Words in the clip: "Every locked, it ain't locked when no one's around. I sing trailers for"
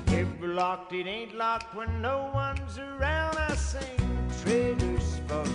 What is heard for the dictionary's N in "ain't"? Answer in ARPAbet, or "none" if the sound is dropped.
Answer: N